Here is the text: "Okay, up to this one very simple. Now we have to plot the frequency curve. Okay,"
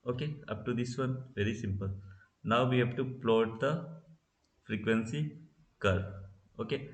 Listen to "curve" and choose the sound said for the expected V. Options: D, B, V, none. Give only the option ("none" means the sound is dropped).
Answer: none